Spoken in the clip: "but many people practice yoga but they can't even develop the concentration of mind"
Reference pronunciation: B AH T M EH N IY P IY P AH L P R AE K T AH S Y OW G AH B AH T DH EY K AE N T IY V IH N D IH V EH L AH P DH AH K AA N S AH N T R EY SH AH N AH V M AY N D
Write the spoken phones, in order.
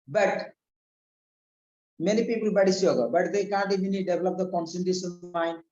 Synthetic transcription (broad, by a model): B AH T M EH N IY P IY P AH L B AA T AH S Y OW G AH B AH T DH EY K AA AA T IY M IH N D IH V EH L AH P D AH K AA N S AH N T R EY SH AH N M AY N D